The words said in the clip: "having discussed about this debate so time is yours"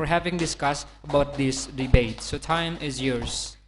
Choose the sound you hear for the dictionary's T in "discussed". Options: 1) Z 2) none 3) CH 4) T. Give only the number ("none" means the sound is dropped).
4